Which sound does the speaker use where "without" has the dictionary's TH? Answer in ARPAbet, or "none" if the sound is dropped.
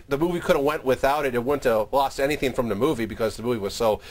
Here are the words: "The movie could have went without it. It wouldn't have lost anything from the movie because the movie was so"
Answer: TH